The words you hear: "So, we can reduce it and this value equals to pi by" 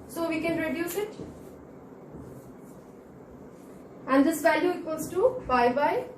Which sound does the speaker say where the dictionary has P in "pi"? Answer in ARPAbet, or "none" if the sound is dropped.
B